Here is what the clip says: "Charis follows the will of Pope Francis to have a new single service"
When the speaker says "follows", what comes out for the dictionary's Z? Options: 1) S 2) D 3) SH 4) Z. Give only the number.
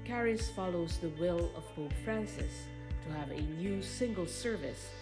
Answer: 4